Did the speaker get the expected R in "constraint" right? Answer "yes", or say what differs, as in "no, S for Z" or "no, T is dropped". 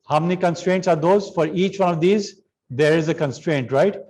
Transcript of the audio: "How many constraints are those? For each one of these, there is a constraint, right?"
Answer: yes